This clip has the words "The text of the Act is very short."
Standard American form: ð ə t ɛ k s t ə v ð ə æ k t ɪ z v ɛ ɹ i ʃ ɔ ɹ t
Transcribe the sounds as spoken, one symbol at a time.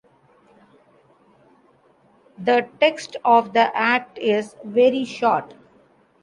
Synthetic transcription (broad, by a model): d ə t ɛ k s t ə v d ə æ k t ɪ z v ɛ ɹ i ʃ ɔ ɹ t